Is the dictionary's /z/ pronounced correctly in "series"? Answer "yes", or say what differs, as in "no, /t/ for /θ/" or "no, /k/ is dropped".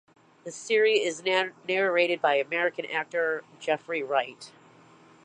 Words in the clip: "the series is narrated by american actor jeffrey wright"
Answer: no, /z/ is dropped